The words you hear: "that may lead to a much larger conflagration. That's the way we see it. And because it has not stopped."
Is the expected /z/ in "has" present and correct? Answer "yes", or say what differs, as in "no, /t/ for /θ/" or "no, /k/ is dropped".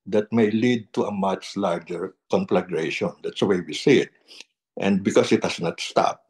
no, /s/ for /z/